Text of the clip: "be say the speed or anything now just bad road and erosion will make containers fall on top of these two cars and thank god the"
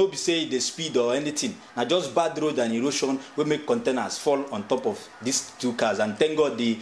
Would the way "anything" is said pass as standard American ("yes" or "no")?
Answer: no